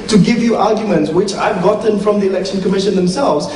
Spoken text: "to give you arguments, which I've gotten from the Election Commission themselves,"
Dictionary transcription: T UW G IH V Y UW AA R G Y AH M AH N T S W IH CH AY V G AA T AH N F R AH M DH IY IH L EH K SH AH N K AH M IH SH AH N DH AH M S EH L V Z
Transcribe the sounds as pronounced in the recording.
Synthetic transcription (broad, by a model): T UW G IH V Y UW AA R G Y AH M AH N T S W IH CH AY V G AA T AH N F R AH M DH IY IH L EH K SH AH N K AH M IH SH AH N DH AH M S EH L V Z